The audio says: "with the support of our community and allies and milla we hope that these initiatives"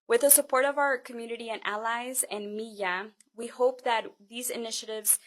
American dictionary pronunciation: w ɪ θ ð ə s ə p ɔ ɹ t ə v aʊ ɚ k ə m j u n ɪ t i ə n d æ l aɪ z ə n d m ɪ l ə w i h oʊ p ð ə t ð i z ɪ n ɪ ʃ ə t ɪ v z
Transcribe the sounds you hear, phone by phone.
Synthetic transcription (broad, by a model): w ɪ ð ə s ə p ɔ ɹ t ə v aʊ ɚ k ə m j u n ɪ t i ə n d æ l aɪ z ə n m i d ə w i h oʊ p ð ə t ð i z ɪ n ɪ ʃ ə t ɪ v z